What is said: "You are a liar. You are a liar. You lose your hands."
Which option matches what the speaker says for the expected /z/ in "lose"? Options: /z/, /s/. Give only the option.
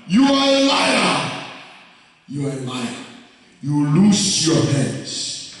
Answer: /s/